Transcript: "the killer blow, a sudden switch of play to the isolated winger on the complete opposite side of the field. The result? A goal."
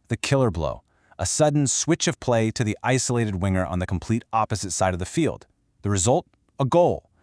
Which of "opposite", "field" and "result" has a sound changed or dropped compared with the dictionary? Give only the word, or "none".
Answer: none